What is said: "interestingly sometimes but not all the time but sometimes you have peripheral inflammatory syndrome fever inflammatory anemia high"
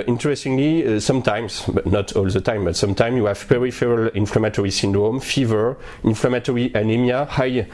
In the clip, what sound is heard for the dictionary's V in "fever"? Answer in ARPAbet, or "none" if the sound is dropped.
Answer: V